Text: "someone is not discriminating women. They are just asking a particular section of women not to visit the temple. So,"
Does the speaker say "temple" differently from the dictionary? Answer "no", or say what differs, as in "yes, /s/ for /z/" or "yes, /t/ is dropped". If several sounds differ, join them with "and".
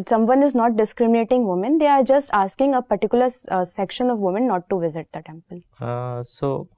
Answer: no